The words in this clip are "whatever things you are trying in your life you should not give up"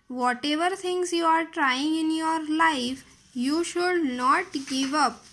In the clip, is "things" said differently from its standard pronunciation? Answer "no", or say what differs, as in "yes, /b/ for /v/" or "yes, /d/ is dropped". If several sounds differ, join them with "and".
yes, /t/ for /θ/